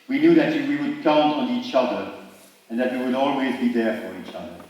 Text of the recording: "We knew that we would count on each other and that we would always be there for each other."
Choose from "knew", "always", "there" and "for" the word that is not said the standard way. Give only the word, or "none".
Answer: none